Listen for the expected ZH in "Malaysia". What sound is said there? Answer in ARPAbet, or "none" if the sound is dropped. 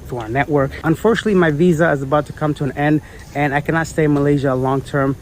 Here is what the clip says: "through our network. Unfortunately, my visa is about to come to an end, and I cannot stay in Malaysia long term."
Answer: ZH